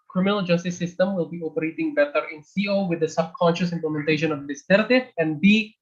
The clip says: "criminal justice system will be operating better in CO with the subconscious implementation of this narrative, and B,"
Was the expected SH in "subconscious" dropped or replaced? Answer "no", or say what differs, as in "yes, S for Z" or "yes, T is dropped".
no